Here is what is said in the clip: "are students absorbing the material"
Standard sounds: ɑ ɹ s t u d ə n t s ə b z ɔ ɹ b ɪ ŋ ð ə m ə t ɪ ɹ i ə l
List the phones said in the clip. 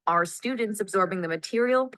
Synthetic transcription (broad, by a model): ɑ ɹ s t u d n t s ə b z ɔ ɹ b ɪ ŋ ð ə m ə t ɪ ɹ i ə l